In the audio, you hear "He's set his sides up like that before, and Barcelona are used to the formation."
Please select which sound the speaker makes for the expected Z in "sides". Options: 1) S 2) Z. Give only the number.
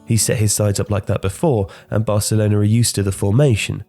2